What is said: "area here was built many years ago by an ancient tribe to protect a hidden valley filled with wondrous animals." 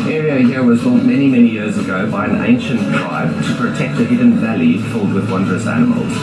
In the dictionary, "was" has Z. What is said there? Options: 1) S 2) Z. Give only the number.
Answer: 2